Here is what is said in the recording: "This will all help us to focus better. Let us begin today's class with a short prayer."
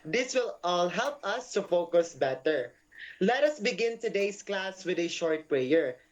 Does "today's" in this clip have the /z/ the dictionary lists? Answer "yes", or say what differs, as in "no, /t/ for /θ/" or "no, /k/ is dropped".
no, /s/ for /z/